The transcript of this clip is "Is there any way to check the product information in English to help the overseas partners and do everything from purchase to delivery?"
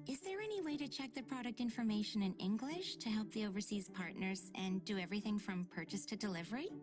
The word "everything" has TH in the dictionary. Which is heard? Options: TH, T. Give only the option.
TH